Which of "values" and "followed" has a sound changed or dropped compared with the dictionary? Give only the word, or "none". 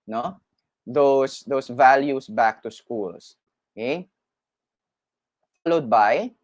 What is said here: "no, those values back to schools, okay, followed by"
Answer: values